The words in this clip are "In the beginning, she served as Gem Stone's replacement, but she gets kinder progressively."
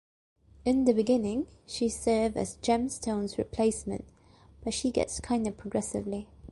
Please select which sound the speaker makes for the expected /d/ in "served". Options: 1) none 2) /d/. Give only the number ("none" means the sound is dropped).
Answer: 1